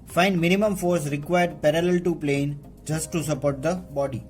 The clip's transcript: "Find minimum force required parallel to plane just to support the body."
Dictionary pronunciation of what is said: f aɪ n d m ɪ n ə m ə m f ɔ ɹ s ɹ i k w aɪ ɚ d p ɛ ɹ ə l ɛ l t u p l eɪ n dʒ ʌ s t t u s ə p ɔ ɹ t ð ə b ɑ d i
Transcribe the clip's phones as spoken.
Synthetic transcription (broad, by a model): f aɪ n d m ɪ n ə m ə m f ɔ ɹ s ɹ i k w aɪ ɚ d p ɛ ɹ ə l ɛ l t u p l eɪ n dʒ ʌ s t t u s ə p ɔ ɹ t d ə b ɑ d i